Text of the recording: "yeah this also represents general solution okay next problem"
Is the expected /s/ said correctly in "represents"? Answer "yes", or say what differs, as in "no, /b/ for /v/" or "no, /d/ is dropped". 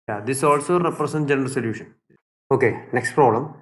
no, /s/ is dropped